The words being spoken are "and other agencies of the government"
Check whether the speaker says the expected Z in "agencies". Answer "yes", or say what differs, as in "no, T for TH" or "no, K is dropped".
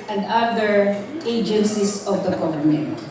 no, S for Z